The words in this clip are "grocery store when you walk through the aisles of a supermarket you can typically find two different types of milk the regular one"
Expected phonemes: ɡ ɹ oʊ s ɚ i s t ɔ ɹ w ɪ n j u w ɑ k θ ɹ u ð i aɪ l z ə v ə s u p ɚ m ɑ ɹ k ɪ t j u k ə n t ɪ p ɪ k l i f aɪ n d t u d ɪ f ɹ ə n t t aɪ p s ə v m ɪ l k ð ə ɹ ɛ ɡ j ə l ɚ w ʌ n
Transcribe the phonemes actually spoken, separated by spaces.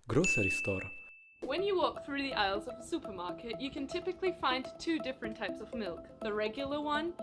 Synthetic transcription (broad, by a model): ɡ ɹ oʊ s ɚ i s t ɔ ɹ w ɪ n j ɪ w ɑ k θ ɹ u ð i aɪ l z ə v ə s u p ɚ m ɑ ɹ k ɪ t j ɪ k ə n t ɪ p ɪ k l i f aɪ n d t u d ɪ f ɹ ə n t t aɪ p s ə v m ɪ l k ð ə ɹ ɛ ɡ j l ɚ w ʌ n